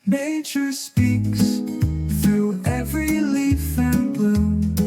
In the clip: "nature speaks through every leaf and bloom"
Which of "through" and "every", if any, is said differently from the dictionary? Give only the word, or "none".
none